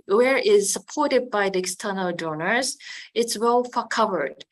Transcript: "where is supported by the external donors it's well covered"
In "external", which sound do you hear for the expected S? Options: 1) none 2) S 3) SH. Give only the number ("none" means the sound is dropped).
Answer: 2